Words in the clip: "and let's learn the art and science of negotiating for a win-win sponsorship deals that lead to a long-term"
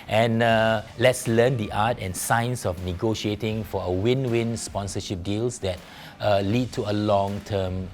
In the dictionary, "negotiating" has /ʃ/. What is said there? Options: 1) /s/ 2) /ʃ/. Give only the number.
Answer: 2